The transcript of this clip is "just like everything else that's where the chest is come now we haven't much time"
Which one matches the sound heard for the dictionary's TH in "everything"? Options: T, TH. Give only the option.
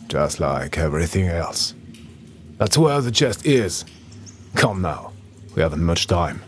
TH